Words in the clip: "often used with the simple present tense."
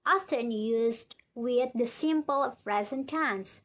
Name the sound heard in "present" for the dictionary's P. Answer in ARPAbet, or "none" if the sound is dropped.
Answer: F